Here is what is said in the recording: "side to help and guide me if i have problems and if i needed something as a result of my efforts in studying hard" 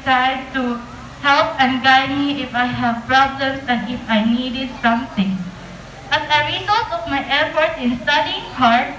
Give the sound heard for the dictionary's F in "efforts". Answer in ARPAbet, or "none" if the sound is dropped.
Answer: P